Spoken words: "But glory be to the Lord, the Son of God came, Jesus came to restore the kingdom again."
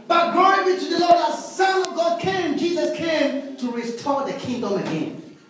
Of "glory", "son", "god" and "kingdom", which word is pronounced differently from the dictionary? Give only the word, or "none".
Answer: glory